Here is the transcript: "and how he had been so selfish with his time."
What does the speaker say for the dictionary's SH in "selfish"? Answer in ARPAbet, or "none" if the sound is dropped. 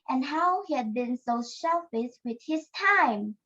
S